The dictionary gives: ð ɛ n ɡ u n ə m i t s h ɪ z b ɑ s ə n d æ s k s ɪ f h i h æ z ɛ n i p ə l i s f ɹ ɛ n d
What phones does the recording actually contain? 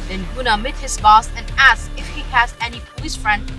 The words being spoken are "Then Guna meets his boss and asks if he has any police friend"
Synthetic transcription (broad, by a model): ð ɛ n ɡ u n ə m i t h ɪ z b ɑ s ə n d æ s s ɪ f h i h æ z ɛ n i p ə l i s f ɹ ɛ n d